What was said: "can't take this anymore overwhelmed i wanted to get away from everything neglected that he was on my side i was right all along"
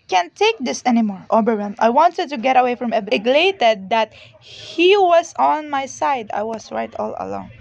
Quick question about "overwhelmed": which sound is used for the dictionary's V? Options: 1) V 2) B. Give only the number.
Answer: 2